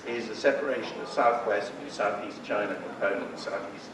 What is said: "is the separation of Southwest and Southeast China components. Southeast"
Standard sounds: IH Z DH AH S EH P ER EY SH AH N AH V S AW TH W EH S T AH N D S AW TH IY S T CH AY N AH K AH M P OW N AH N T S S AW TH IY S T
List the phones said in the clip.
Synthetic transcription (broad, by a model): IH Z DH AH S EH P ER EY SH AH N AH V S AW TH W EH S T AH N S AW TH IY S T CH AY N AH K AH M P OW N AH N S S AW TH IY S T